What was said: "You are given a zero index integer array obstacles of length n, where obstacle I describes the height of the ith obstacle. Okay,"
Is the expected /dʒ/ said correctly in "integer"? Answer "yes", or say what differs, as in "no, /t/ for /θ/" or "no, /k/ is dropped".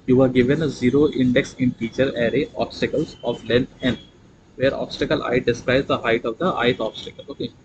no, /tʃ/ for /dʒ/